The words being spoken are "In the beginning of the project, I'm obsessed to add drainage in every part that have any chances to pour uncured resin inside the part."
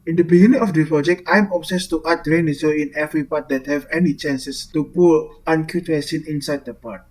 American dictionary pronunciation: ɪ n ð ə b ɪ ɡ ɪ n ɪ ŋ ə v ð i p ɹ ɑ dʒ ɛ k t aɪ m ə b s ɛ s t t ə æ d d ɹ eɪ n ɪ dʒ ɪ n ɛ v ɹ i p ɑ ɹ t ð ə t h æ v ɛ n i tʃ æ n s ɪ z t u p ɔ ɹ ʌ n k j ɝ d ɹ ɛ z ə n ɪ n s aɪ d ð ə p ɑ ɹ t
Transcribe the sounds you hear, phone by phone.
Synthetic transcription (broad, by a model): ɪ n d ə b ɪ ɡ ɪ n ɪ ŋ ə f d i p ɹ ɑ dʒ ɛ k t aɪ m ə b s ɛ s t t ə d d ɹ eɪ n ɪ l ɪ n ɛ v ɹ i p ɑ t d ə t h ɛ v ɛ n i tʃ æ n s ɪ s t u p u l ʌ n k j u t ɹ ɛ s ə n ɪ n s aɪ d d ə p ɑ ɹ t